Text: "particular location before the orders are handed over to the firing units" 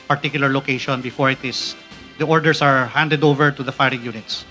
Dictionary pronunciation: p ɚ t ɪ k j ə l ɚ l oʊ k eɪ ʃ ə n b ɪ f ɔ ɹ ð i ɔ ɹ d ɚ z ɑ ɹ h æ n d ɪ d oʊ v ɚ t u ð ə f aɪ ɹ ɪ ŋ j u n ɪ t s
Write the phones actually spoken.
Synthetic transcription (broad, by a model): p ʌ t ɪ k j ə l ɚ l oʊ k eɪ ʃ ə n b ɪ f ɔ ɹ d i ɔ ɹ d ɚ s ɑ ɹ h æ n d ɪ d oʊ v ɚ t u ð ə f aɪ ɹ ɪ ŋ j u n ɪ t s